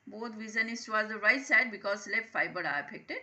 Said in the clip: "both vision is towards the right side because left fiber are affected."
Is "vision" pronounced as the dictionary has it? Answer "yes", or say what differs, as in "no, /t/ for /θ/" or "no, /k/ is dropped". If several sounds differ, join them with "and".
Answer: no, /z/ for /ʒ/